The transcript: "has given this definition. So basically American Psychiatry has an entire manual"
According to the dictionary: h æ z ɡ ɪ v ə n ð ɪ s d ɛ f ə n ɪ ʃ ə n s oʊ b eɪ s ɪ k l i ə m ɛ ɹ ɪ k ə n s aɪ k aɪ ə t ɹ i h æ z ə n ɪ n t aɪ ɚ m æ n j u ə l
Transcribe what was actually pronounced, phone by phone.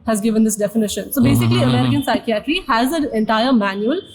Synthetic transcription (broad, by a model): h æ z ɡ ɪ v ə n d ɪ s d ɛ f ə n ɪ ʃ ə n s oʊ b eɪ s ɪ k l i ə m ɛ ɹ ɪ k ə n s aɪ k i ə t l i h æ z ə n ɪ n t aɪ ɚ m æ n j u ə l